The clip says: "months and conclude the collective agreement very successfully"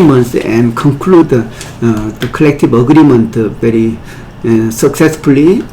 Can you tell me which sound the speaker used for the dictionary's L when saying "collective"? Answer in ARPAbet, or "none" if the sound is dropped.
L